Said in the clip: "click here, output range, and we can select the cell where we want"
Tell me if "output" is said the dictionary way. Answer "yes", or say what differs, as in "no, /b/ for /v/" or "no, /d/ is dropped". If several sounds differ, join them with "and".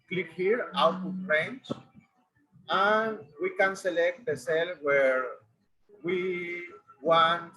no, /p/ is dropped